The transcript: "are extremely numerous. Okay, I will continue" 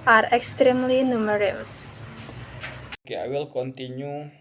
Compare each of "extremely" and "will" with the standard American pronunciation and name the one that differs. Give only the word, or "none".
none